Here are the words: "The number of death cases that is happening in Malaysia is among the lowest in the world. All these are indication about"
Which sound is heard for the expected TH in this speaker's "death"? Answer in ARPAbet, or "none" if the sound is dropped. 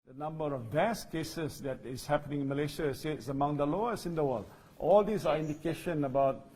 S